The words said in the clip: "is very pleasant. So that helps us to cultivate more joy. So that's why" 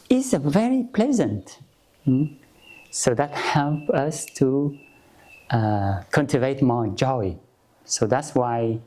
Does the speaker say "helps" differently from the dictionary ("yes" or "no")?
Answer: yes